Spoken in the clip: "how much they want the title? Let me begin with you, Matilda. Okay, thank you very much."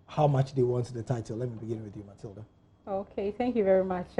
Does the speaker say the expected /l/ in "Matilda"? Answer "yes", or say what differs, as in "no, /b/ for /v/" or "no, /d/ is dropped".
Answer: yes